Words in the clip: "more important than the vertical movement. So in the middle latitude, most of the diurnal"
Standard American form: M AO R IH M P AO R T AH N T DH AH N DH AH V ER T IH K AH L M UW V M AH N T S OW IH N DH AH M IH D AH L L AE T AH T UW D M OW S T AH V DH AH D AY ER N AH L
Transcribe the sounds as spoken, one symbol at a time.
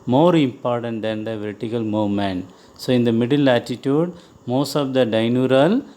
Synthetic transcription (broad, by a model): M AO R IH M P AO R T AH N T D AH N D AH V ER T IH K AH L M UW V M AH N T S OW IH N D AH M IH D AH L L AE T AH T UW D M OW S T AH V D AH D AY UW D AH L